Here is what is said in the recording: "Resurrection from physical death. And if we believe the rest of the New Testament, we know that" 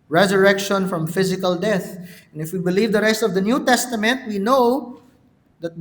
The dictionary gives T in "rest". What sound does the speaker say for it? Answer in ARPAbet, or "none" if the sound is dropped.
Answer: T